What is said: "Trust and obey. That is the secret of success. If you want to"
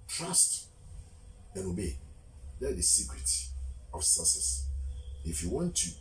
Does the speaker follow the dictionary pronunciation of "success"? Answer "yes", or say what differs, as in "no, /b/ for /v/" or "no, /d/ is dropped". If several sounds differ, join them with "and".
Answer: no, /k/ is dropped